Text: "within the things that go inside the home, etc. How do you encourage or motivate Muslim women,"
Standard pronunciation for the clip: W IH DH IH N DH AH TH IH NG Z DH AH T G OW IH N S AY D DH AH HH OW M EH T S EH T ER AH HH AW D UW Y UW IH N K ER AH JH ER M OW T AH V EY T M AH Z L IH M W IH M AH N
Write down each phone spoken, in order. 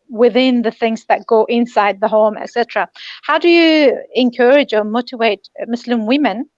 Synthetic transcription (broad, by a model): W IH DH IH N DH AH TH IH NG Z DH AH T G OW IH N S AY D DH AH HH OW M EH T S EH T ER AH HH AW D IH Y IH IH N K ER AH JH ER M OW T AH V EY T M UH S L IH M W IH M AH N